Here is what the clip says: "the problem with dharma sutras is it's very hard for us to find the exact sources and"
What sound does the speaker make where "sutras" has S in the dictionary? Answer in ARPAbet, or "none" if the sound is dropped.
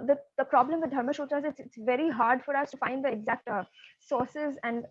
SH